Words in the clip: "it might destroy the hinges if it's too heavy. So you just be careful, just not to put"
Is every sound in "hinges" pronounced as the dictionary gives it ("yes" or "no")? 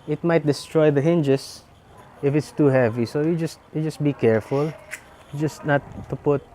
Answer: no